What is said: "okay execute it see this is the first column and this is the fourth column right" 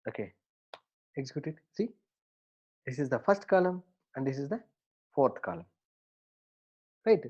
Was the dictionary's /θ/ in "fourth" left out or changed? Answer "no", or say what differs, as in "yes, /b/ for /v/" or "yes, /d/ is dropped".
yes, /t/ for /θ/